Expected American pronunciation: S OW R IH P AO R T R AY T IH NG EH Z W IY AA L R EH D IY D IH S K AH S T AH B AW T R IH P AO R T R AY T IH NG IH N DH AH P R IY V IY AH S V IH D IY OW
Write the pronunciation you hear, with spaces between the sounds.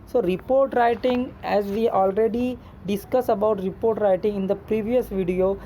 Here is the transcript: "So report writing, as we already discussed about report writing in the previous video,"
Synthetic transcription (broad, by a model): S OW R IH P AO R T R AY T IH NG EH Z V IY AA L R EH D IY D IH S K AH S AH B AW T R IH P AO R T R AY T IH NG IH N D AH P R IY V IY AH S V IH D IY OW